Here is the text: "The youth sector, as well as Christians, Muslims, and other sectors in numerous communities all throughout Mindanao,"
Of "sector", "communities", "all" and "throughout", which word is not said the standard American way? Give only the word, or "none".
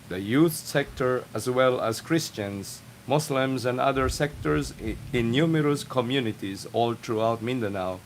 throughout